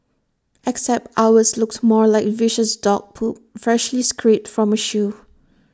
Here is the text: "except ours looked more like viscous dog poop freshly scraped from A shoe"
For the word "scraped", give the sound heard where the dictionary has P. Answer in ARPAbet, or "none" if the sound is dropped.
none